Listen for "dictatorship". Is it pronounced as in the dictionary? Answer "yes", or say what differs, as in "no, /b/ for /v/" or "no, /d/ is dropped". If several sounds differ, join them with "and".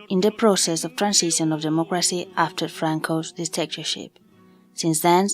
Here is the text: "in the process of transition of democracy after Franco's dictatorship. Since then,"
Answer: no, /k/ is dropped